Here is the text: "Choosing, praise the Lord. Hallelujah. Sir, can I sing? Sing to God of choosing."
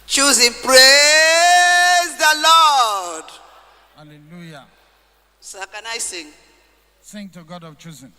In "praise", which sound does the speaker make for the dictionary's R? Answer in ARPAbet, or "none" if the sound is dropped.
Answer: R